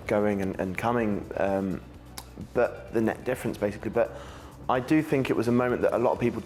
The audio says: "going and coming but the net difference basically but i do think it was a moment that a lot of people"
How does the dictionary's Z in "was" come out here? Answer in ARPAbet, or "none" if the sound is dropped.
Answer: Z